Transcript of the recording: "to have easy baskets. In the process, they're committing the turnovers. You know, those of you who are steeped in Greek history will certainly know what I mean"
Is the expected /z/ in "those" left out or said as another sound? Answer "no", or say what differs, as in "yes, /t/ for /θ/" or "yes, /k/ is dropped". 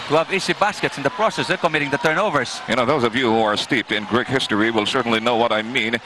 no